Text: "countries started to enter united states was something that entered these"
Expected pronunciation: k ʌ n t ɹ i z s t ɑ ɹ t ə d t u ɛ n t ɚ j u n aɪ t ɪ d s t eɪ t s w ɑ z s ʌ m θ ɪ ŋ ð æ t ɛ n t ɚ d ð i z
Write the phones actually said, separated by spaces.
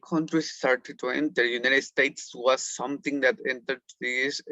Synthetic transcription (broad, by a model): k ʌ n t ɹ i s t ɑ ɹ t ə d t u ɛ n t ɚ j u n aɪ t ɪ d s t eɪ t s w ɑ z s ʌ m t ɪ ŋ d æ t ɛ n t ɚ d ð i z